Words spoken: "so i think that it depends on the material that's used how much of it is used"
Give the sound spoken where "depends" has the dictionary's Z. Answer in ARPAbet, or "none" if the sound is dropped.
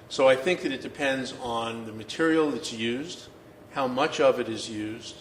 Z